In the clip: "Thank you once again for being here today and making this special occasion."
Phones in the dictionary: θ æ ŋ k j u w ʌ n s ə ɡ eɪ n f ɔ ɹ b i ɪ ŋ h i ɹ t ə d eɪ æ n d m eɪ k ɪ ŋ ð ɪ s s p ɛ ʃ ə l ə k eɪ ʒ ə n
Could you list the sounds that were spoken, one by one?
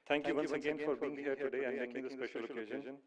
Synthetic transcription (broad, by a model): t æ ŋ k j u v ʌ s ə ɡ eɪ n f ɔ ɹ b i ɪ ŋ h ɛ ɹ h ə d eɪ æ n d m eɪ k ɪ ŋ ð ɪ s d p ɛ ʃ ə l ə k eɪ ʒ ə n